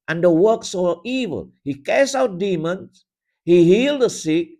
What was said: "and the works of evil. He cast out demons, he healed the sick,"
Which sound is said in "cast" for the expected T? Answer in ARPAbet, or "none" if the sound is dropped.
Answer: none